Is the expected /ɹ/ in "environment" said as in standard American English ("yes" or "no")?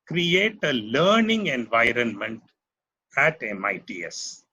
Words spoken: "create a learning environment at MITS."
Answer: yes